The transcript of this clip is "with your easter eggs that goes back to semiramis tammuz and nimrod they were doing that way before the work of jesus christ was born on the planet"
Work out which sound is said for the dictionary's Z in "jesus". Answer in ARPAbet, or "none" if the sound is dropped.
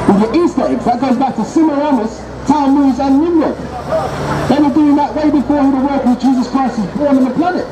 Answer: Z